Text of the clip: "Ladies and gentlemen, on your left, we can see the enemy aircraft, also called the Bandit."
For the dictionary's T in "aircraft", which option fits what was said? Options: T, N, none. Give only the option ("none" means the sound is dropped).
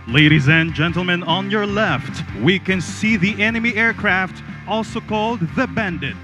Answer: T